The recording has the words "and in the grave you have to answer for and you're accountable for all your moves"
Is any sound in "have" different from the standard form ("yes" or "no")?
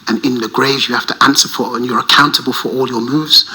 yes